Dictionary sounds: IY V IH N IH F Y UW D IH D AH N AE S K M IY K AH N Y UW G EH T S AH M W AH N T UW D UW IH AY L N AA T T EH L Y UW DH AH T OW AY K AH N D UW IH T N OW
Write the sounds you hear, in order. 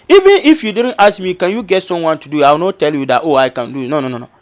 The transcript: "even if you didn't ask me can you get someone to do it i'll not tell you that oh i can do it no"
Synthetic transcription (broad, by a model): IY V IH N IH F Y UW D IH D AH N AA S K M IY K AH N Y UW G EH T S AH M W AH N T UW D UW IH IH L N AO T T EH L Y UW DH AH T OW AY K AH N D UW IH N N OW